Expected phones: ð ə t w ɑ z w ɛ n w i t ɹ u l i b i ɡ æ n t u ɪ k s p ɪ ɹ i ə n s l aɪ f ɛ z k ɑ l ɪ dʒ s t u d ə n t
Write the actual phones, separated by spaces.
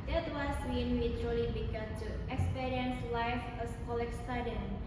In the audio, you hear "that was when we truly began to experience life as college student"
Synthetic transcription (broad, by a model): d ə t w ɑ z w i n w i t u l i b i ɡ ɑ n t u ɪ k s p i ɹ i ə n s l aɪ f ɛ s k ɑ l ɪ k s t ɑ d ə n